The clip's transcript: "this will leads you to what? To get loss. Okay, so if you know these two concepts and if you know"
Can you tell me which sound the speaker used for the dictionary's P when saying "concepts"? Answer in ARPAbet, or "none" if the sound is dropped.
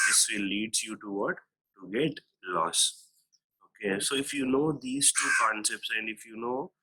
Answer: P